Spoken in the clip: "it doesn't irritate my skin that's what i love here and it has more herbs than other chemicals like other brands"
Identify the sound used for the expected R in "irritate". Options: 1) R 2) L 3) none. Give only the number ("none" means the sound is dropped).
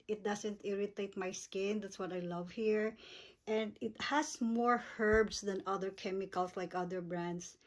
1